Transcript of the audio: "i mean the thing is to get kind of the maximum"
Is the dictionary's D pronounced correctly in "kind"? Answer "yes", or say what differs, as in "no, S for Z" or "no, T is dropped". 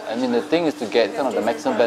no, D is dropped